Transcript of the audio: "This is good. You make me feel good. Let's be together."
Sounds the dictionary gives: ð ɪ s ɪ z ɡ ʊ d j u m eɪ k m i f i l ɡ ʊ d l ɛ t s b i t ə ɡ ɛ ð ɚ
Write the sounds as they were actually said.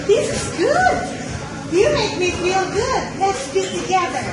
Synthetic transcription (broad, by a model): ð ɪ s ɪ z ɡ ʊ d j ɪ m eɪ k m i f i l ɡ ʊ d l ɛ t s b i t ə ɡ ɛ ð ɚ